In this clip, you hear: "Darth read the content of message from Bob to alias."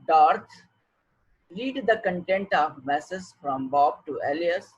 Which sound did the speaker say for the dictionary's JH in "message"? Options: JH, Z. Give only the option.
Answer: Z